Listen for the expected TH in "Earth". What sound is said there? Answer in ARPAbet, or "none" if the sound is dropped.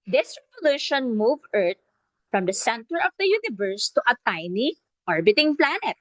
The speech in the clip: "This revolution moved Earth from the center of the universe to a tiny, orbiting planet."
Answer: T